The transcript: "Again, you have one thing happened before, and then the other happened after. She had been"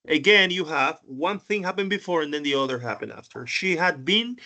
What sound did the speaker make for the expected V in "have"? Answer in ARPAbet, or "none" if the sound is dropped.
V